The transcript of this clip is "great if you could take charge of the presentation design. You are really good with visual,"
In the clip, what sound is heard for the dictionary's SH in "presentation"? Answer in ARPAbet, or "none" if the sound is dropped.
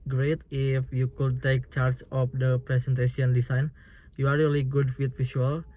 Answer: S